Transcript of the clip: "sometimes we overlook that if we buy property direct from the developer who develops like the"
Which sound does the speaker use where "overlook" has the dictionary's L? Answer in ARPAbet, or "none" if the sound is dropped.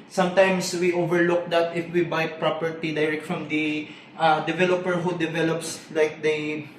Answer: L